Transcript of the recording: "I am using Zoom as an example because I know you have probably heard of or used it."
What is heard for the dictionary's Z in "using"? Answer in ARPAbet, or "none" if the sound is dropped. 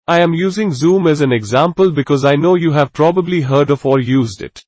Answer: Z